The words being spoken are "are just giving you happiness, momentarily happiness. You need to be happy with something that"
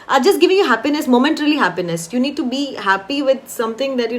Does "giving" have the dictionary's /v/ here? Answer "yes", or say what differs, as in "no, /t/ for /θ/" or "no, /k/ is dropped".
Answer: yes